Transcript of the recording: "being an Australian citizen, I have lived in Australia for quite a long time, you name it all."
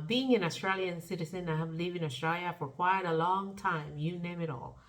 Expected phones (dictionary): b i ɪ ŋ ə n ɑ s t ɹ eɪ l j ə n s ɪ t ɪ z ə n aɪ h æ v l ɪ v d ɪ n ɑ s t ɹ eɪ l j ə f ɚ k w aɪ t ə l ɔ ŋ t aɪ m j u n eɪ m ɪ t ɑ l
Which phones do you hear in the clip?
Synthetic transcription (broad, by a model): b i ɪ ŋ ə n ɑ s t ɹ eɪ l j ə n s ɪ t ɪ z ə n aɪ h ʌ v l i v ɪ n ɑ s t ɹ eɪ l j ə f ɚ k w aɪ t ə l ɔ ŋ t aɪ m j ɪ n eɪ m ɪ t ɑ l